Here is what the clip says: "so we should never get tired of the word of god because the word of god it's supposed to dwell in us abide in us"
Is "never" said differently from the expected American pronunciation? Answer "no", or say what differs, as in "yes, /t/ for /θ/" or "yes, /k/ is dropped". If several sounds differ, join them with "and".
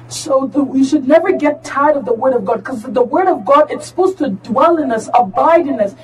no